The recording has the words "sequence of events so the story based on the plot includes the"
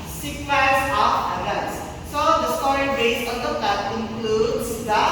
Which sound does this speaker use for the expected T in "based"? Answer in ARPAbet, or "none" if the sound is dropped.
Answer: none